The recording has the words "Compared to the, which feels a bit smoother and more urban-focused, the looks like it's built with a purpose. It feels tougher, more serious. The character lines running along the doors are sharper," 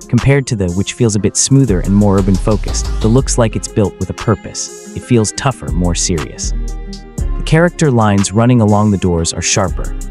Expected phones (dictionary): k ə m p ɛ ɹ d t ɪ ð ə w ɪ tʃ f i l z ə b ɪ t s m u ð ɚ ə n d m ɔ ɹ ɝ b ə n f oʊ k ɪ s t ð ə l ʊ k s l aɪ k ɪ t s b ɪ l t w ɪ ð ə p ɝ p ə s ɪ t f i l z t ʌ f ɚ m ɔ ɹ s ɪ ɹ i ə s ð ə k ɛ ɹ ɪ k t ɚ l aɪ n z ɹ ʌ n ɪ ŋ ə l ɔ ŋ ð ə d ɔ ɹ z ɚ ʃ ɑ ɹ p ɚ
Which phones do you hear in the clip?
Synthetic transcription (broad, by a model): k m p ɛ ɹ d t ɪ ð ə w ɪ tʃ f i l z ə b ɪ t s m u ð ɚ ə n m ɔ ɹ ɝ b ə n f oʊ k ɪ s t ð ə l ʊ k s l aɪ k ɪ t s b ɪ l t w ɪ ð ə p ɝ p ə s ɪ t f i l z t ʌ f ɚ m ɔ ɹ s ɪ ɹ i ə s ð ə k ɛ ɹ ɪ k t ɚ l aɪ n z ɹ ʌ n ɪ ŋ ə l ɔ ŋ ð ə d ɔ ɹ z ɚ ʃ ɑ ɹ p ɚ